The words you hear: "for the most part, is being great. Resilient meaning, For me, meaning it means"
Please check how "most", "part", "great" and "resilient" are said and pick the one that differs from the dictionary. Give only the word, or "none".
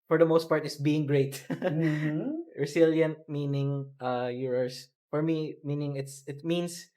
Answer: resilient